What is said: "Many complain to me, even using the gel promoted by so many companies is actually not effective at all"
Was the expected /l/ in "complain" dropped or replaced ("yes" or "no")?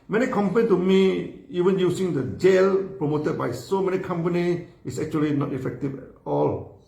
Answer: yes